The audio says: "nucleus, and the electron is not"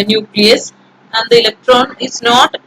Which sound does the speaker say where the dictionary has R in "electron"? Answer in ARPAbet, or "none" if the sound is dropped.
R